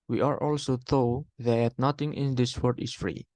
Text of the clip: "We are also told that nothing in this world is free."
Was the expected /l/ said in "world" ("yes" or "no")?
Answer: no